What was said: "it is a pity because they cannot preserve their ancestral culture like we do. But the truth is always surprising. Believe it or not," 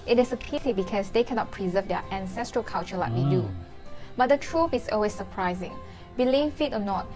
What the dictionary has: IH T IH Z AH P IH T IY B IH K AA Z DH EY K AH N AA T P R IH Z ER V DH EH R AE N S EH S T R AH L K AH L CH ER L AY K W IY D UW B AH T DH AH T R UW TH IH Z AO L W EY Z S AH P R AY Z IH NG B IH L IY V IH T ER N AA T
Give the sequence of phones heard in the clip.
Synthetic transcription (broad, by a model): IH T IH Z AH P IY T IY B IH K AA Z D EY K AH N AA T P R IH Z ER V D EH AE N S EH S T R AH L K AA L CH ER L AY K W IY D UW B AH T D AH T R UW F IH S AO L W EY S AH P R AY Z IH NG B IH L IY F IH T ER N AA T